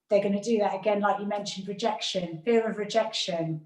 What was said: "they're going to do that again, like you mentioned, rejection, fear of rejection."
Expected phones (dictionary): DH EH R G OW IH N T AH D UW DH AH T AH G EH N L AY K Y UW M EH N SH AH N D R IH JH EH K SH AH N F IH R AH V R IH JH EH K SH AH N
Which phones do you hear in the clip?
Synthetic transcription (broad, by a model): DH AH G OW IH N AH D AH DH AH T AH G EH N L AY K Y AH M EH N SH AH N D R IH JH EH K SH AH N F IH R AH V R IH JH EH K SH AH N